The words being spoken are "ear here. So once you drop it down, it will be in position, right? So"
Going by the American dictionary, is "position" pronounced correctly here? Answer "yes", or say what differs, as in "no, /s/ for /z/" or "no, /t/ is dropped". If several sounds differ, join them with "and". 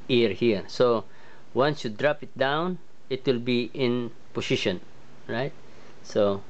no, /s/ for /z/